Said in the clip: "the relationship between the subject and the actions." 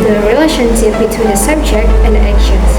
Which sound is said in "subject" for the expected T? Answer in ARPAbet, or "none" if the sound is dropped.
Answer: T